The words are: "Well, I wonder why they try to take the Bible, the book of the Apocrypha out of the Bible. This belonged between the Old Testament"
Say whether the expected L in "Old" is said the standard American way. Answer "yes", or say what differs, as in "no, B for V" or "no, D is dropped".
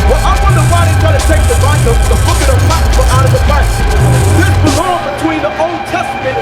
yes